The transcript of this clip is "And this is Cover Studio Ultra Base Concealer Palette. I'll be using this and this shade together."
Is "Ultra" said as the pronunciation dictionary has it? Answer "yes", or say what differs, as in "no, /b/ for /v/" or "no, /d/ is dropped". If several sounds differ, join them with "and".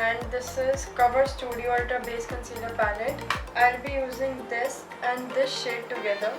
no, /l/ is dropped and /ɹ/ is dropped